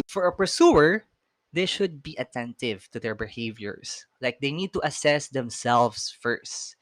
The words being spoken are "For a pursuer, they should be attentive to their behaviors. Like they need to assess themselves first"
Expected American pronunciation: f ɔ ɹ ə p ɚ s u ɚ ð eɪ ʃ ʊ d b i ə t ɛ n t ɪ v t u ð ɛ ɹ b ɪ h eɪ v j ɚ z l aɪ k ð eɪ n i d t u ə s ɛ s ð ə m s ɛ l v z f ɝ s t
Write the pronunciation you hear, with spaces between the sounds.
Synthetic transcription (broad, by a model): f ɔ ɹ ə p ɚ s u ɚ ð eɪ ʃ ʊ d b i ə t ɛ n t ɪ v t u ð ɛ ɹ b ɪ h eɪ v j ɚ s l aɪ k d eɪ n i d t u ə s ɛ s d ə m s ɛ l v s f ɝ s t